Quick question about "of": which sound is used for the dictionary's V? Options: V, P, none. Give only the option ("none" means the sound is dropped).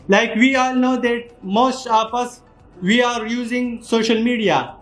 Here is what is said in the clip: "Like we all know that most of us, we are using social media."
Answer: P